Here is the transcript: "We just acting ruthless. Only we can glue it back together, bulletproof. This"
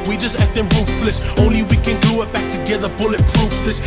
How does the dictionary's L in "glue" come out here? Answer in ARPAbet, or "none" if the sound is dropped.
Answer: none